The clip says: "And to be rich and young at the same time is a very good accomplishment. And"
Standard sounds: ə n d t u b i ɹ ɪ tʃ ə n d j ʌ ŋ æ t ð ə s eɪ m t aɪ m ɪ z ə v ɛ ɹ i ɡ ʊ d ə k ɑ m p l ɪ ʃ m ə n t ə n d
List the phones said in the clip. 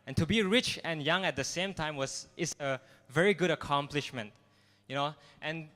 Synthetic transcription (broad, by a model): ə n t u b i ɹ ɪ tʃ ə n j ʌ ŋ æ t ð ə s eɪ m t aɪ m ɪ s ə v ɛ ɹ i ɡ ʊ d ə k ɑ m p l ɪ ʃ m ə n t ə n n